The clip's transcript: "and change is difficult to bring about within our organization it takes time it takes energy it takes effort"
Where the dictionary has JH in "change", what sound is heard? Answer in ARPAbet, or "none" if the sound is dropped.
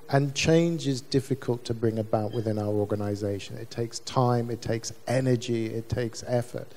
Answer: JH